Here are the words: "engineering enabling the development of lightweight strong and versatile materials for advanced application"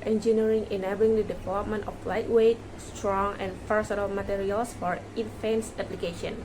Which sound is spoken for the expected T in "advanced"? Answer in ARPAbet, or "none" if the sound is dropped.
none